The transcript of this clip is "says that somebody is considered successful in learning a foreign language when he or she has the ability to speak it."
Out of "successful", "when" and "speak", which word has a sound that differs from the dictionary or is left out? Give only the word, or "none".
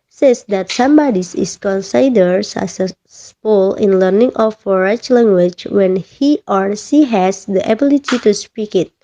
successful